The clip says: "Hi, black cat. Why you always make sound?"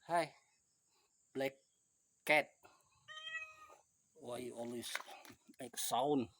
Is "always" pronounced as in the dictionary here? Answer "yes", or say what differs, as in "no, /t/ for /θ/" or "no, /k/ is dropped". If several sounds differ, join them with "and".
no, /s/ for /z/